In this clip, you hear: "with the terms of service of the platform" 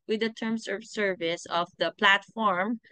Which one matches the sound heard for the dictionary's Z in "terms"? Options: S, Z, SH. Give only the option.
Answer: S